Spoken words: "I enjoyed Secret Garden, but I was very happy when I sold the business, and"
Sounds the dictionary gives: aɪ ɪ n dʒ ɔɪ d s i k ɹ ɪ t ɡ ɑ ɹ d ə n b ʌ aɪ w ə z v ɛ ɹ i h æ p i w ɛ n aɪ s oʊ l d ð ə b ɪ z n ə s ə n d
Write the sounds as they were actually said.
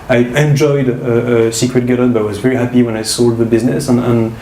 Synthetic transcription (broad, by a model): aɪ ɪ n dʒ ɔɪ d s i k ɹ ɪ t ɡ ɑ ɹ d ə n b ʌ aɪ w ə z v ɛ ɹ i h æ p i w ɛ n aɪ s oʊ l d ð ə b ɪ z n ə s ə n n